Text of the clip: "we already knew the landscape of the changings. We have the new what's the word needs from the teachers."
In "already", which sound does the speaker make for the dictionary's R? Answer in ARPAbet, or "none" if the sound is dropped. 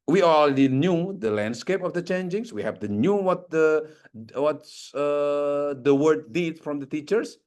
L